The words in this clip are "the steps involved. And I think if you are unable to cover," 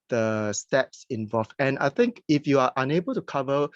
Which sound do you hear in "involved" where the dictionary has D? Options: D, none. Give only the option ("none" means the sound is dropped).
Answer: none